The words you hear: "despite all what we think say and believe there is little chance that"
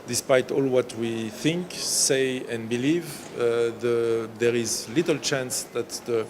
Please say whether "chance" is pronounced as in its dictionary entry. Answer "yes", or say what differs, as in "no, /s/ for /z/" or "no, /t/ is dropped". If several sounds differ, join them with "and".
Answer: yes